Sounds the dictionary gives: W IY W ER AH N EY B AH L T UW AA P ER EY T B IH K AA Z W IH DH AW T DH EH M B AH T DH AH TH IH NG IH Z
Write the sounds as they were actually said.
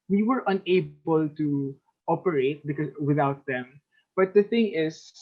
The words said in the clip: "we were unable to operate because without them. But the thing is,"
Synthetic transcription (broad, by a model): W IY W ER AH N EY B AH L T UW AA P ER EY T B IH K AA W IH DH AW T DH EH M B AH T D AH TH IH NG IH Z